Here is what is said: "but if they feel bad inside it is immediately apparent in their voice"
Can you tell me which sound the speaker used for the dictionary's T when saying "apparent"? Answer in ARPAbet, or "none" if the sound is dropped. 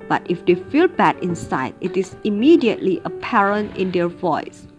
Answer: T